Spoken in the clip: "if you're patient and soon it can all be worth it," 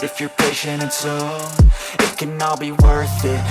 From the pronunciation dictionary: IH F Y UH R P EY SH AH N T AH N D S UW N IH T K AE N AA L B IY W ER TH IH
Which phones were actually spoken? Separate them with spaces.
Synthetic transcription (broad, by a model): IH F Y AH R P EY SH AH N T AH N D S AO IH T K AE N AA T B IY W ER TH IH